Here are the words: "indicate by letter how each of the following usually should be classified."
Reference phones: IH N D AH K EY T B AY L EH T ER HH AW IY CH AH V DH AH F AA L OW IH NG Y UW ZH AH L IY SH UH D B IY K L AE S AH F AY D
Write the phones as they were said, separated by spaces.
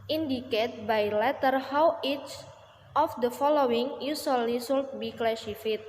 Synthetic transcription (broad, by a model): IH N D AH K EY T B AY L EH T ER HH AW IY CH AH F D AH F AA L OW IH NG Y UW S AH L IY S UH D B IY K L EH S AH F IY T